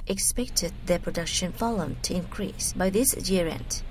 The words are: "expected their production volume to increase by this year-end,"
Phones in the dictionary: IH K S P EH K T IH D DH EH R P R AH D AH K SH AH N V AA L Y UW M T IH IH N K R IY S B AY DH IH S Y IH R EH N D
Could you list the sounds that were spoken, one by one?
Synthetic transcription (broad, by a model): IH K S P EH K T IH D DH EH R P R AH D AH K SH AH N F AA L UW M T IH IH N K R IY S B AY DH IH S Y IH R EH N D